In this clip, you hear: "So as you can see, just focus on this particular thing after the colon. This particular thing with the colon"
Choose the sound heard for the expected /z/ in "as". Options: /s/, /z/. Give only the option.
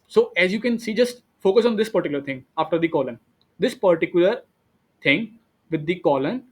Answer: /z/